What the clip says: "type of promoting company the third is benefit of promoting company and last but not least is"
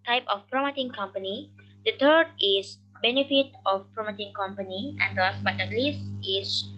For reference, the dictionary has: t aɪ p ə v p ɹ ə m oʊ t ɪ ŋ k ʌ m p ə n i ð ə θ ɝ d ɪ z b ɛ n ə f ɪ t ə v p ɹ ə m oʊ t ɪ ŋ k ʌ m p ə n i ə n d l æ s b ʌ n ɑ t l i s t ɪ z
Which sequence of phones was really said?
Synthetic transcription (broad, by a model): t aɪ p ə f p ɹ ə m oʊ t ɪ ŋ k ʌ m p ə n i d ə t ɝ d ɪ s b ɛ n ə f ɪ t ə f p ɹ ə m oʊ t ɪ ŋ k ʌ m p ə n i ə n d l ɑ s b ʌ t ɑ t l i s t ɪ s